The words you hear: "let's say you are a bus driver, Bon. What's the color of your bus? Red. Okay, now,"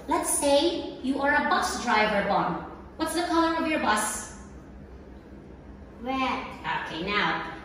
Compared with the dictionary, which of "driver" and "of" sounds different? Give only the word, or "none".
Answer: none